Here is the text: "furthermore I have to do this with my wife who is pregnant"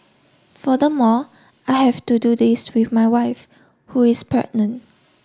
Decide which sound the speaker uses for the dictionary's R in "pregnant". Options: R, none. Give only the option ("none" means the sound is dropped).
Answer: none